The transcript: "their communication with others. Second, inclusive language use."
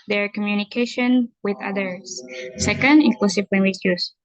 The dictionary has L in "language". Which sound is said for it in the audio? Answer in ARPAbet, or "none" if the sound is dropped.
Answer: W